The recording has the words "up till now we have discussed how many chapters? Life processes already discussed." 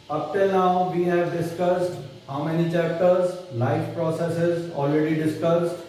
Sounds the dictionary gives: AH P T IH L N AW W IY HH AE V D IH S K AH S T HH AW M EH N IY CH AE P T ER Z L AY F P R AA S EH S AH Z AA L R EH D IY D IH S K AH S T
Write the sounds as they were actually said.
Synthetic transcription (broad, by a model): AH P T IH L N AW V IY HH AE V D IH S K AH S T HH AW M EH N IY CH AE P T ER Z L AY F P R AA S EH S AH Z AA L R EH D IY D IH S K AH S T